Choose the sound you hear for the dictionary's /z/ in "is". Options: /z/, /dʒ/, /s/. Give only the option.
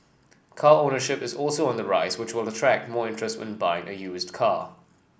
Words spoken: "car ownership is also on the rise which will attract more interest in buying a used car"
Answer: /z/